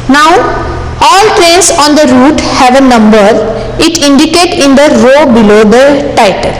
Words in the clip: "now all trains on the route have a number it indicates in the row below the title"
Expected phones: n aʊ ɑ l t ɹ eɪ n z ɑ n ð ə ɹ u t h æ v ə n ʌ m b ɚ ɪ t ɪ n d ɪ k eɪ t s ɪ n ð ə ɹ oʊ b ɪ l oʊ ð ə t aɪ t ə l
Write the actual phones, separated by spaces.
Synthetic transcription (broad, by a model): n aʊ ɑ l t ɹ eɪ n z ɑ n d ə ɹ u t h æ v ə n ʌ m b ɚ ɪ t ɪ n d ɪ k eɪ t ɪ n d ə ɹ oʊ b ɪ l oʊ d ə t aɪ t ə l